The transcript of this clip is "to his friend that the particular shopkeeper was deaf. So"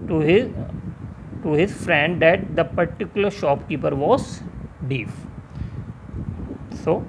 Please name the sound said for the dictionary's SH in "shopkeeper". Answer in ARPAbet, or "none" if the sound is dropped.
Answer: SH